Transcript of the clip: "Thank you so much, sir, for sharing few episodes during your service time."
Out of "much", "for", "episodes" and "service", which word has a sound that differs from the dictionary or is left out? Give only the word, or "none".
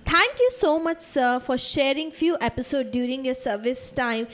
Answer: episodes